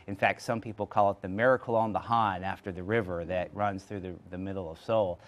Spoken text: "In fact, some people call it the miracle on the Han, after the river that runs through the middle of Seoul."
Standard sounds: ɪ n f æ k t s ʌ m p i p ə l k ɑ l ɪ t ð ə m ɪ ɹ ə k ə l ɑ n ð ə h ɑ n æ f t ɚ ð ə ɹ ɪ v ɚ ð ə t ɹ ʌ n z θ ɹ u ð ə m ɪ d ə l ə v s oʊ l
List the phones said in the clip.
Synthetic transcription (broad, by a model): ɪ n f æ k t s ʌ m p i p l k ɑ l ɪ t ð ə m ɪ ɹ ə k l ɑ n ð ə h ɑ n æ f t ɚ ð ə ɹ ɪ v ɚ ð ə t ɹ ʌ n z θ ɹ u ð ə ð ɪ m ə l ə v s oʊ l